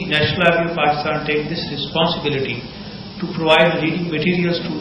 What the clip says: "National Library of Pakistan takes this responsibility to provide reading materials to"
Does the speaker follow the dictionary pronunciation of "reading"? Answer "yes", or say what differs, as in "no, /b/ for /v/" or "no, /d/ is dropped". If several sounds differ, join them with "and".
no, /l/ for /ɹ/